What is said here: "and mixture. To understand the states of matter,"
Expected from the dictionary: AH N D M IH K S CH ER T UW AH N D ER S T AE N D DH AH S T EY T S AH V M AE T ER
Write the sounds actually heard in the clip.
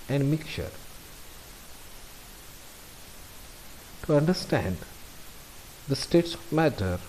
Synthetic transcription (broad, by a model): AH N D M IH K CH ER T UW AH N D ER S T AE N D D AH S T EY T S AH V M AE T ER